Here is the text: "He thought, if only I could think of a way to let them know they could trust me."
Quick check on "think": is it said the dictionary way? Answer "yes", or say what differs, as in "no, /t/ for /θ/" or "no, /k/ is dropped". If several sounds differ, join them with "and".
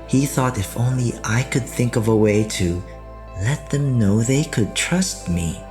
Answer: yes